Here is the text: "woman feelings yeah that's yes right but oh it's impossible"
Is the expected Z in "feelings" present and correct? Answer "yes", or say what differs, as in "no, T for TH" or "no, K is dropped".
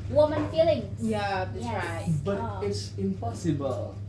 no, Z is dropped